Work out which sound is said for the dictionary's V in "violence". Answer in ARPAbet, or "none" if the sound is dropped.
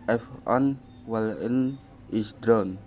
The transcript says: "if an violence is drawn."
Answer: W